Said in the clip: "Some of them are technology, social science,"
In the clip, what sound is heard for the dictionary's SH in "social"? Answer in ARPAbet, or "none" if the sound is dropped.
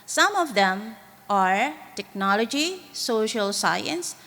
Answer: SH